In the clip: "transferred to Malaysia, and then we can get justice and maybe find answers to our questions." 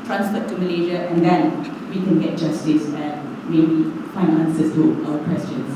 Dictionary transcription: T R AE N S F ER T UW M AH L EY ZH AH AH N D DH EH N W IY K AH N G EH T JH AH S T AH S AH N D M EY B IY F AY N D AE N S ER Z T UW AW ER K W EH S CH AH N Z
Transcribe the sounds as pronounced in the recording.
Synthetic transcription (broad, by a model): T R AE N S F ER T UW M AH L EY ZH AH AH N D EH N W IY K AH N G EH T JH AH S T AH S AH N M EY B IY F AY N AA N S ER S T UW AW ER K W EH S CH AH N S